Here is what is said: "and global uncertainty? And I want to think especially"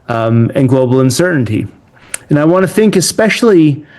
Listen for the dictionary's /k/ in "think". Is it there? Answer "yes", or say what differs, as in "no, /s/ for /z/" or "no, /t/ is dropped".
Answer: yes